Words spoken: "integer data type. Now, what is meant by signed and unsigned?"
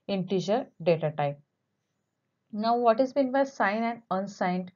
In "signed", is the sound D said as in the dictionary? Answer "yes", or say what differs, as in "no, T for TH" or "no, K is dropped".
no, D is dropped